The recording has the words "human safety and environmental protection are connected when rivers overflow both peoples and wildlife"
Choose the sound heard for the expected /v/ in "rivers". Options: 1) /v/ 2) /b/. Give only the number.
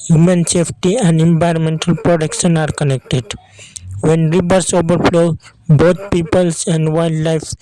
2